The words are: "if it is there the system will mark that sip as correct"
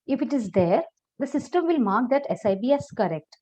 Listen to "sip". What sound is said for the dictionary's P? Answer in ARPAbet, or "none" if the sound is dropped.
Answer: B